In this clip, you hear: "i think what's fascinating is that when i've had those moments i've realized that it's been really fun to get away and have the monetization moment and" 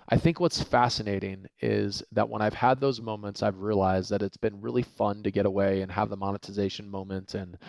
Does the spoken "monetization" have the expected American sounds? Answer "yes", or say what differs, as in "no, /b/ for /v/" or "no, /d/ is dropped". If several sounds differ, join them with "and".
yes